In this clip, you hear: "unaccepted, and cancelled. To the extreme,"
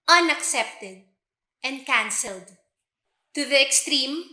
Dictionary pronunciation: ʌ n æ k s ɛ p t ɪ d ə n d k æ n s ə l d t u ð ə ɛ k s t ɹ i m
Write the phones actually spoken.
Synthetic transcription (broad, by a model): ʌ n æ k s ɛ p t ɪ d ə n d k æ n s ə l d t u ð ə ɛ k s t ɹ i m